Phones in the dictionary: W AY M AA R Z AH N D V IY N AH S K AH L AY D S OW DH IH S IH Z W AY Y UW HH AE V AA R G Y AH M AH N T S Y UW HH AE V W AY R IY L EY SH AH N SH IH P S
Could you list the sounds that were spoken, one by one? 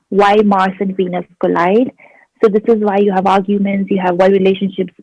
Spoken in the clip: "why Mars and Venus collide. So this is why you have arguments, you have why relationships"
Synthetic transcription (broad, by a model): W AY M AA R S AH N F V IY N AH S K AH L AY D S OW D IH S IH Z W AY Y UW HH AE V AA R G Y AH M AH N T S Y UW HH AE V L R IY L EY SH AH N SH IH P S